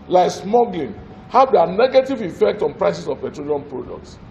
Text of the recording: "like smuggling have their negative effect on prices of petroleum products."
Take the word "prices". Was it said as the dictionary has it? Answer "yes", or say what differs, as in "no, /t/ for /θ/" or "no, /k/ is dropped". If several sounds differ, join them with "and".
no, /s/ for /z/